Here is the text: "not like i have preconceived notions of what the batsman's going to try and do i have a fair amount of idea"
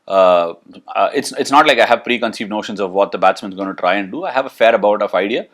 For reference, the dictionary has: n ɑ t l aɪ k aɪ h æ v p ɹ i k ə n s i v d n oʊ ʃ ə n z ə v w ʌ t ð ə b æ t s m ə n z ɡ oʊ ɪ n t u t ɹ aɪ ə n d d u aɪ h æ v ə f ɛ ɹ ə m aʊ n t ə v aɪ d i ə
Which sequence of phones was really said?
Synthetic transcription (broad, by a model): n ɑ t l aɪ k aɪ h æ v p ɹ i k ə n s i v d n oʊ ʃ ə n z ə v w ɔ t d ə b æ t s m ə n z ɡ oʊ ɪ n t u t ɹ aɪ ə n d d u aɪ h æ v ə f ɛ ɹ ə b aʊ t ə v aɪ d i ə